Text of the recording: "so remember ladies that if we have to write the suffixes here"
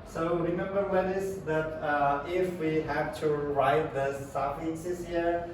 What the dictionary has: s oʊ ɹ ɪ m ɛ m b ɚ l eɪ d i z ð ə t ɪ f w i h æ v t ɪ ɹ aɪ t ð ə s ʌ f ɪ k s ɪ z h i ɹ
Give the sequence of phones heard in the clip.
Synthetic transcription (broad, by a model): s oʊ ɹ ɪ m ɛ m b ɚ w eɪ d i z ð ə t ɪ f w i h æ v t ɪ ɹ aɪ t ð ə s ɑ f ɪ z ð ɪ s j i ɹ